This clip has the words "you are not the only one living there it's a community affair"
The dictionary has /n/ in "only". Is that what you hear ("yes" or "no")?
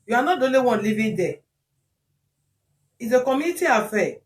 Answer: no